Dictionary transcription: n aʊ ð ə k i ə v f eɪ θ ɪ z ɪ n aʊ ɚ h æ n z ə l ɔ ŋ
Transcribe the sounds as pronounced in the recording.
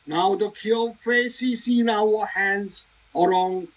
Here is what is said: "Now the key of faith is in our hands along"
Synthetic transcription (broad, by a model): n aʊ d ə k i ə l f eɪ s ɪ s ɪ n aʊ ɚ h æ n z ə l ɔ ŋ